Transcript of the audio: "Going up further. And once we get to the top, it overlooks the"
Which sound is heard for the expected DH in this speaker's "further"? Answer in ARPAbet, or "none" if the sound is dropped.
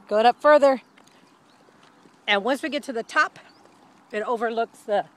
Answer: DH